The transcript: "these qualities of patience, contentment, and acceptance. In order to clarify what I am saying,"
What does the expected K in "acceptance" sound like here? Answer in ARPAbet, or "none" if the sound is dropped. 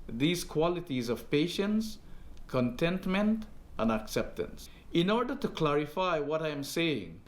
K